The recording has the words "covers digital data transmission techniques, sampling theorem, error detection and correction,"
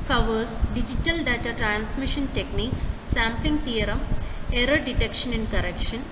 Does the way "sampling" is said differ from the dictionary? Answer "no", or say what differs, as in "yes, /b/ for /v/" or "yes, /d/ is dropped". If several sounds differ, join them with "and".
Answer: yes, /l/ is dropped